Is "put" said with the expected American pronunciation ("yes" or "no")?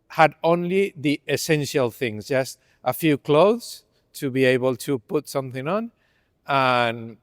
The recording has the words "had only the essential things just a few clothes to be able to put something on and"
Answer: yes